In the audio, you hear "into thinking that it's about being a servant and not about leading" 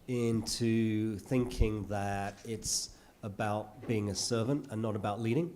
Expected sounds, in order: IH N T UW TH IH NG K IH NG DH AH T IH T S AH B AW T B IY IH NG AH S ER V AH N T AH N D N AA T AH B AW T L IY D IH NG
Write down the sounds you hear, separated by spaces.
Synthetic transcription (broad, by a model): IH N T UW TH IH NG K IH NG DH AH T IH T S AH B AW T B IY IH NG AH S ER V AH N T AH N N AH T AH B AW T L IY D IH NG